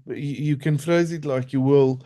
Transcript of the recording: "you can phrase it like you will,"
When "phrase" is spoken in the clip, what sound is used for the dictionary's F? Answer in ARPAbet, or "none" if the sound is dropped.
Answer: F